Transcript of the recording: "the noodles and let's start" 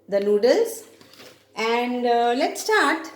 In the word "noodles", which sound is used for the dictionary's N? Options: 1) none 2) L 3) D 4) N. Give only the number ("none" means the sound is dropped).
2